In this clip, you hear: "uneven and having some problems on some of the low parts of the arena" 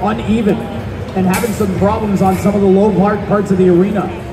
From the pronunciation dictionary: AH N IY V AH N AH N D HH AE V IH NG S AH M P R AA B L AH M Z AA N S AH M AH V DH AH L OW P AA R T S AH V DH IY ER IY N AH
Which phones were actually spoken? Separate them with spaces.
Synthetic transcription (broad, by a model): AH N IY V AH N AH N HH AE V IH NG S AH M P R AA B L AH M Z N S AH M AH V DH AH L OW P AA R T S AH V DH IY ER IY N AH